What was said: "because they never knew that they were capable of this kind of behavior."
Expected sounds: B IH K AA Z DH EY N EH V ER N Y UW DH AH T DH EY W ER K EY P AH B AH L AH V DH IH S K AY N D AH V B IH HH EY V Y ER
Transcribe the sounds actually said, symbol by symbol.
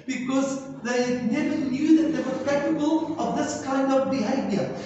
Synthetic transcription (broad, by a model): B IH K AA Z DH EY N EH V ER N Y UW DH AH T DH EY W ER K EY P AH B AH L AH V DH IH S K AY N D AH V B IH HH EY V Y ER